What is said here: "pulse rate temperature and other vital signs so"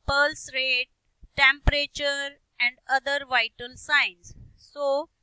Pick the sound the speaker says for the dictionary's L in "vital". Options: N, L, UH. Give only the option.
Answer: N